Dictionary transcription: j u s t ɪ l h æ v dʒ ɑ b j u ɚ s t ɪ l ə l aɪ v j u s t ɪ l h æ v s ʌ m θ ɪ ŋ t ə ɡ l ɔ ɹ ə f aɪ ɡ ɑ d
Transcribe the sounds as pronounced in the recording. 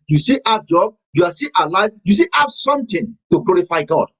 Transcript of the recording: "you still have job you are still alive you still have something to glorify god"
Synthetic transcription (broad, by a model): j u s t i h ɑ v dʒ ɑ b j u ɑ s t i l ə l aɪ v j u s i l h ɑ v s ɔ m t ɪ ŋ t ə ɡ l ɔ ɹ ə f aɪ ɡ ɑ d